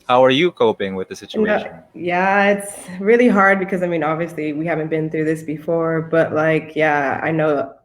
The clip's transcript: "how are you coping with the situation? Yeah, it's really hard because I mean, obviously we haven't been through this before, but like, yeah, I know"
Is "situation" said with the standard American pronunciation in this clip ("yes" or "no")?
no